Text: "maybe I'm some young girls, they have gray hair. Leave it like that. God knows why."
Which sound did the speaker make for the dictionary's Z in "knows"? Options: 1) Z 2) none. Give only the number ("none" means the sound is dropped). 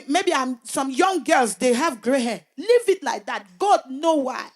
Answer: 2